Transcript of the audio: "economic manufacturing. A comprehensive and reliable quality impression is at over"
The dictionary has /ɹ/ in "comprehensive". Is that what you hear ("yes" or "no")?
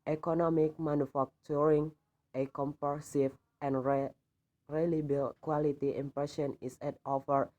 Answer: no